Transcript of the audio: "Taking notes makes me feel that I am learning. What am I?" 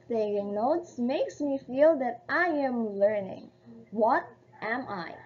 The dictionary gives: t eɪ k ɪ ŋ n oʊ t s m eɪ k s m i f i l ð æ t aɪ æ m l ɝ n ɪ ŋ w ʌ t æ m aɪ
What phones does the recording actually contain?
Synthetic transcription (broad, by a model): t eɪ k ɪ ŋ n oʊ t s m eɪ k s m i f i l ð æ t aɪ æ m l ɝ n ɪ ŋ w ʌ t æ m aɪ